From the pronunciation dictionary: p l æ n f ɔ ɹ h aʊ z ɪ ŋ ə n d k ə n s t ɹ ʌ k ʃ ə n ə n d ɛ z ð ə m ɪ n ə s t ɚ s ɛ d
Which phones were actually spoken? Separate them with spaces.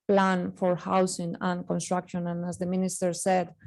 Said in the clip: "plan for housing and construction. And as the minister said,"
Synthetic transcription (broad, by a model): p l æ n f ɔ ɹ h aʊ s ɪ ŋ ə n k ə n s t ɹ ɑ k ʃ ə n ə n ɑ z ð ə m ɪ n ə s t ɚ s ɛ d